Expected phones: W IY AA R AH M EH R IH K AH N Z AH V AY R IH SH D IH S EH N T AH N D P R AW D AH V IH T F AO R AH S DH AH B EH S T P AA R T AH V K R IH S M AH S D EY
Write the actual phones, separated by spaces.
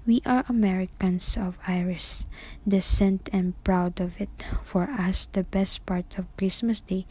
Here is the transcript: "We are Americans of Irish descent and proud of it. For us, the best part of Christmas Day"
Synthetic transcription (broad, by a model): W IY AA R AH M EH R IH K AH N S AH V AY R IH S D IH S EH N T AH N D P R AW D AH V IH T F AO R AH S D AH B EH S T P AA R T AH V K R IH S M AH S D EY